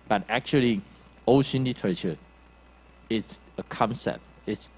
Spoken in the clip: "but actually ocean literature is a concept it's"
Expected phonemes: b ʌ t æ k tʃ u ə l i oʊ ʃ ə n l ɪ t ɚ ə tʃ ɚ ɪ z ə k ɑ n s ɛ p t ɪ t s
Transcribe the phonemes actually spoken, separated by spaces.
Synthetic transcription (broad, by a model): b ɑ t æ k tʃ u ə l i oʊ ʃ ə n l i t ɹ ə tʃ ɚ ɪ s ə k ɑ n s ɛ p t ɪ t s